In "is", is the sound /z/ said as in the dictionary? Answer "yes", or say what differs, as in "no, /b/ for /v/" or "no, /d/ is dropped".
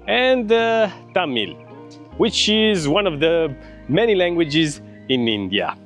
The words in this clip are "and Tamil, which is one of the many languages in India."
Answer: yes